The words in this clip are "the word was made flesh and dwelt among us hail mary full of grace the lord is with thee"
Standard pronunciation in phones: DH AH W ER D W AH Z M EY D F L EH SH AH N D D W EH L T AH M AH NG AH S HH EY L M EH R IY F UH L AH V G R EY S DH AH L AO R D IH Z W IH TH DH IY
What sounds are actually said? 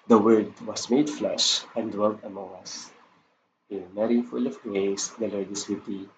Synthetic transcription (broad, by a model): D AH W ER D W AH S M EY D F L EH SH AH N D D W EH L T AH M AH NG AH S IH N M EH R IY F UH L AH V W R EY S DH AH L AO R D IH S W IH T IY